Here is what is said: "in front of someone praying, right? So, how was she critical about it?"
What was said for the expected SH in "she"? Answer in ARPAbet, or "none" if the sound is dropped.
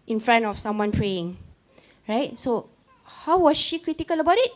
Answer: SH